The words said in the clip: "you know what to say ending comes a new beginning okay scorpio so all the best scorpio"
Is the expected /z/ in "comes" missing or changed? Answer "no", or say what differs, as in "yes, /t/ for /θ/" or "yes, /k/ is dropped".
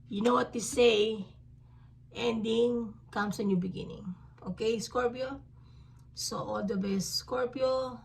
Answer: yes, /s/ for /z/